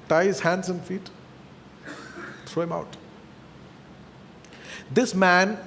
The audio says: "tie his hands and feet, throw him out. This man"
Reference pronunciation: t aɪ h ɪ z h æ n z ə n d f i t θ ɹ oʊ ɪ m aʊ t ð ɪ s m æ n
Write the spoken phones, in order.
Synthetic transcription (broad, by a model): t aɪ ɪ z h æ n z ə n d f i t t ɹ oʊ ɪ m aʊ t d ɪ s m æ n